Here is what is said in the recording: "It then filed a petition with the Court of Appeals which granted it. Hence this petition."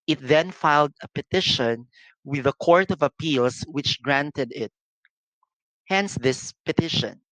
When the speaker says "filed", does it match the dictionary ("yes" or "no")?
yes